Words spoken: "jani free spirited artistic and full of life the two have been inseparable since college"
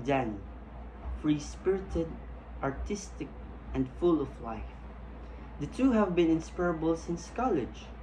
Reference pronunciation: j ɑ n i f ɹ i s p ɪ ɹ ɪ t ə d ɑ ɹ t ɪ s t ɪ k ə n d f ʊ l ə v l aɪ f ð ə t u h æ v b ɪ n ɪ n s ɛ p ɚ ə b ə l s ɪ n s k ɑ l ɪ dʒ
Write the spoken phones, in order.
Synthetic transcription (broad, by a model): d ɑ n f ɹ i s p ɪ ɹ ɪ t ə d ɑ ɹ t ɪ s t ɪ k ə n d f ʊ l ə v l aɪ f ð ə t u h æ v b ɪ n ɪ n s p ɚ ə b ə l s ɪ n s k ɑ l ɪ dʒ